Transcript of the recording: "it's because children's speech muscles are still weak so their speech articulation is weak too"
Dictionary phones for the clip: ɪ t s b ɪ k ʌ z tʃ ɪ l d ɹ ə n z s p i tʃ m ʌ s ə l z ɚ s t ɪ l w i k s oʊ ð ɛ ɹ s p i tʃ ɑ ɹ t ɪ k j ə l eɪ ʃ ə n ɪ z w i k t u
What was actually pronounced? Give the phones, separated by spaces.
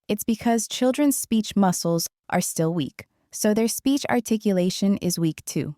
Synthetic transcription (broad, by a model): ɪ t s b ɪ k ʌ z tʃ ɪ l d ɹ ə n z s p i tʃ m ʌ s l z ɚ s t ɪ l w i k s oʊ ð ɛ ɹ s p i tʃ ɑ ɹ t ɪ k j ə l eɪ ʃ ə n ɪ z w i k t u